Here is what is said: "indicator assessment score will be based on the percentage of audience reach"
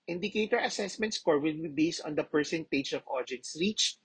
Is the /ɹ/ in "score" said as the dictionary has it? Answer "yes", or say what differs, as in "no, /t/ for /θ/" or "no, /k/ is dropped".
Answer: yes